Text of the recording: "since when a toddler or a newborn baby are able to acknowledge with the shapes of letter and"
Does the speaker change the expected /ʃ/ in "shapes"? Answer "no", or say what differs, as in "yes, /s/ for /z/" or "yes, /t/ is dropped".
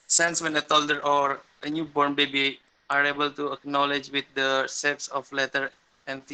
yes, /s/ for /ʃ/